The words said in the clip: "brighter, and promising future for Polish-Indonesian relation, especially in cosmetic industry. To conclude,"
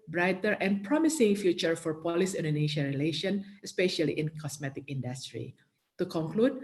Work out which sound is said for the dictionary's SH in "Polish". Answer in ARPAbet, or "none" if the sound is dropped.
S